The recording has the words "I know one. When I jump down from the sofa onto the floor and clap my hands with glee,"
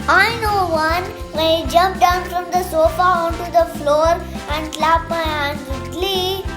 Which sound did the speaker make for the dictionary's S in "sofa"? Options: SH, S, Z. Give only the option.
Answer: S